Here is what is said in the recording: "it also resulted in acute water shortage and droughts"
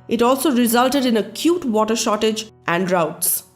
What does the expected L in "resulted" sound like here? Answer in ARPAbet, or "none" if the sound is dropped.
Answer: L